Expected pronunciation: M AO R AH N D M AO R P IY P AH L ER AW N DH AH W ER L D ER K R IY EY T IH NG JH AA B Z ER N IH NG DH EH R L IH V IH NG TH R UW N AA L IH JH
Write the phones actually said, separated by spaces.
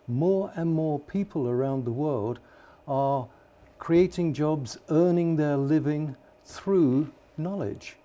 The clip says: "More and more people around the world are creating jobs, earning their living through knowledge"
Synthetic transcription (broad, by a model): M AO R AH N M AO R P IY P AH L ER AW N DH AH W ER L D ER K R IY EY T IH NG JH AA B Z ER N IH NG DH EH R L IH V IH NG TH R UW N AA L IH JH